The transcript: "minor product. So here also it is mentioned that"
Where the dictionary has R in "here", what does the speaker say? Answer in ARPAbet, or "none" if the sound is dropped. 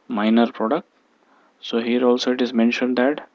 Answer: R